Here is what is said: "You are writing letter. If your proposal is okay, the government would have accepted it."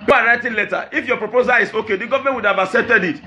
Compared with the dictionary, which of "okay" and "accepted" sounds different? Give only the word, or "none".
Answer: accepted